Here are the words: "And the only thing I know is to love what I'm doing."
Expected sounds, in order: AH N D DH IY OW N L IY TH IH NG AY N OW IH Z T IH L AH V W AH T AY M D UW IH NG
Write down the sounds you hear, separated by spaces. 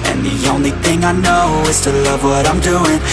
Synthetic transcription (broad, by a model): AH N DH IY OW N L IY TH IH NG AY N OW IH Z T IH L AH V W AH T AY M D UW IH NG